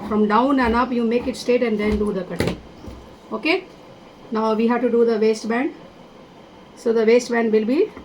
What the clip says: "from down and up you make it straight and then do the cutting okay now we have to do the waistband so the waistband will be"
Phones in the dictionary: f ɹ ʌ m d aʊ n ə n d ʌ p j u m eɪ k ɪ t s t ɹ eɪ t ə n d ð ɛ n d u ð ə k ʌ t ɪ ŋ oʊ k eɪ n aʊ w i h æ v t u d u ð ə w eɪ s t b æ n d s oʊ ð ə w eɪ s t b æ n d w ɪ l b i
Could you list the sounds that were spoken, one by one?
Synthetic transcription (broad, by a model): f ɹ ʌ m d aʊ n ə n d ʌ p j u m eɪ k ɪ t s t eɪ t ə n d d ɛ n d u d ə k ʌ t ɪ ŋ oʊ k eɪ n aʊ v i h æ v t u d u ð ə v eɪ s t b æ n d s oʊ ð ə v eɪ s t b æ n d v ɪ l b i